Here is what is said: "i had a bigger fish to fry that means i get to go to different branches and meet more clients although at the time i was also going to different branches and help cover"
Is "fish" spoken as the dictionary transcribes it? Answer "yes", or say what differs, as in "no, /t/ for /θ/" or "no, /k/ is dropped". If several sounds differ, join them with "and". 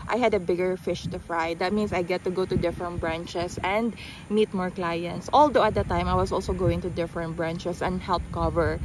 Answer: yes